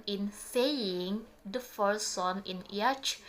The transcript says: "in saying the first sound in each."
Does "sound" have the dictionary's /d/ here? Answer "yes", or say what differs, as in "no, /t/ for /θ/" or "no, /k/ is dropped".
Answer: no, /d/ is dropped